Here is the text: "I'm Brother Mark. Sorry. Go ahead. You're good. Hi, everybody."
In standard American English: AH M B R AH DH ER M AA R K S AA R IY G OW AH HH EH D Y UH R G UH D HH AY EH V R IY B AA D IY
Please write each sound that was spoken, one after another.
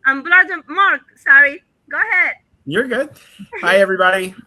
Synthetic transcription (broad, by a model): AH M B L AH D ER M AA R K S AA R IY G OW AH HH EH D Y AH R G UH D HH AY EH V R IY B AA D IY